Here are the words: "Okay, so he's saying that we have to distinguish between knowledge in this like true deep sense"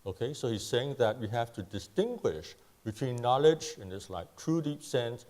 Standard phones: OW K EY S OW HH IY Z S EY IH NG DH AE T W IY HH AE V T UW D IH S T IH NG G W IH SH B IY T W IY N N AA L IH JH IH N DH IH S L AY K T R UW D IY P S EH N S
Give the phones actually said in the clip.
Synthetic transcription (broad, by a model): OW K EY S OW HH IY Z S EY IH NG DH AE T W IY HH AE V T UW D IH S T IH NG G W IH SH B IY T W IY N N AA L IH JH IH N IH S L AY K T R UW D IY P S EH N S